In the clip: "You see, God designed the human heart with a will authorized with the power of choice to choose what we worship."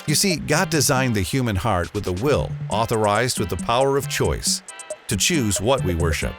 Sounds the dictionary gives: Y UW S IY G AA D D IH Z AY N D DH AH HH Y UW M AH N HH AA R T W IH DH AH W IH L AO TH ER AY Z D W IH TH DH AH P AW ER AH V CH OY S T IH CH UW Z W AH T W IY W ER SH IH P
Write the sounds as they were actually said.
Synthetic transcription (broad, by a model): Y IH S IY G AA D D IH Z AY N DH AH HH Y UW M AH N HH AA R T W IH DH AH W IH L AO TH ER AY Z D W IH DH AH P AW ER AH V CH OY S T IH CH UW Z W AH T W IY W ER SH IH P